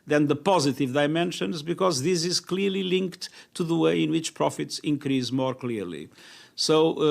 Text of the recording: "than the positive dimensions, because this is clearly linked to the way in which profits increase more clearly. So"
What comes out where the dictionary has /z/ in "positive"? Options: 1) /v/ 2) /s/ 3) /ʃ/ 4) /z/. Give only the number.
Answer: 4